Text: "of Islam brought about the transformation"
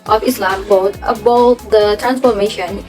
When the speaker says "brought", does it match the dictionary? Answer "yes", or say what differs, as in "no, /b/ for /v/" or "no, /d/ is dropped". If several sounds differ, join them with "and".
no, /ɹ/ is dropped